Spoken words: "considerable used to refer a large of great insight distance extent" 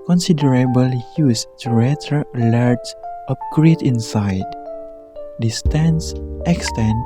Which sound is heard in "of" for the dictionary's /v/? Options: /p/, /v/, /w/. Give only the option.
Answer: /p/